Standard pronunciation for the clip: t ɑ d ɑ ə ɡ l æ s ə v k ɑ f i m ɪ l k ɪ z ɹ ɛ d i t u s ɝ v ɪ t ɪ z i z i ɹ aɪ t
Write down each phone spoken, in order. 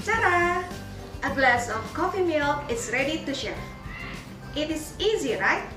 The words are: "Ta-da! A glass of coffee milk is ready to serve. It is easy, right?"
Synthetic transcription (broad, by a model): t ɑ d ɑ ə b l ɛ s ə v k ɑ f i m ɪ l ɪ s ɹ ɛ d i t u ʃ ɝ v ɪ t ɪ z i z i ɹ aɪ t